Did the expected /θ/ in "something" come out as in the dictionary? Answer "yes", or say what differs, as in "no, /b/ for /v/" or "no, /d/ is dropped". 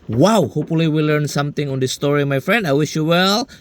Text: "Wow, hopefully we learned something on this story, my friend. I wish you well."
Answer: no, /t/ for /θ/